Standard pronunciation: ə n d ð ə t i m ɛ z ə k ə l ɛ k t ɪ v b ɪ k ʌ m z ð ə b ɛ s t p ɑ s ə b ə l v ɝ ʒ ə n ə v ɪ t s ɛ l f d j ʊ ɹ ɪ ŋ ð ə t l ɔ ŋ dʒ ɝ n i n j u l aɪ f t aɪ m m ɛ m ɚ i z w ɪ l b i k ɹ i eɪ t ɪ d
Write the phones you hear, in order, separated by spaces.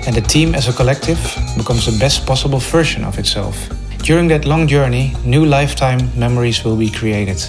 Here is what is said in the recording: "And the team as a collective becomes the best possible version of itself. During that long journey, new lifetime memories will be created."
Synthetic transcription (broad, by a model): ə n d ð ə t i m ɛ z ə k ə l ɛ k t ɪ v b ɪ k ʌ m z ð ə b ɛ s t p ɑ s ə b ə l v ɝ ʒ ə n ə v ɪ t s ɛ l f d j ʊ ɹ ɪ ŋ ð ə t l ɔ ŋ dʒ ɝ n i n j u l aɪ f t aɪ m m ɛ m ɚ i z w ɪ l b i k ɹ i eɪ t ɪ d